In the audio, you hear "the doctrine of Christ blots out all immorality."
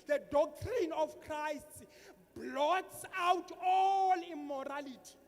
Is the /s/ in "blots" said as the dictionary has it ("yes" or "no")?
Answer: yes